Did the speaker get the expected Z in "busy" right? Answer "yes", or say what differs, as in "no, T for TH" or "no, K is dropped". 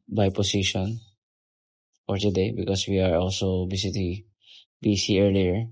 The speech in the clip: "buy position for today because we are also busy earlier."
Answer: no, S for Z